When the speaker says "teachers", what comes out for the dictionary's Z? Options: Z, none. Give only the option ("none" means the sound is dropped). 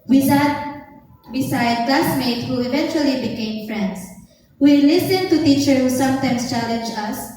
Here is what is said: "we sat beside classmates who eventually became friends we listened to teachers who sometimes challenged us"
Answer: none